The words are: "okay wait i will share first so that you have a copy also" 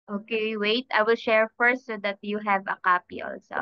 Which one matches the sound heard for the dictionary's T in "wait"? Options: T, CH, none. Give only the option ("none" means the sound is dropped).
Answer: T